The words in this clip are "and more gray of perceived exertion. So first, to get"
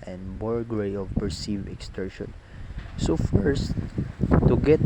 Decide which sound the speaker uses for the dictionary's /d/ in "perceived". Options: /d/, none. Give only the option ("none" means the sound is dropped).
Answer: none